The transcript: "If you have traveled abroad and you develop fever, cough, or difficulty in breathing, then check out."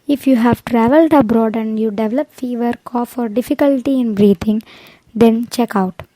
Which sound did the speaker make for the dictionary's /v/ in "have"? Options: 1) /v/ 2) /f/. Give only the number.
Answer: 1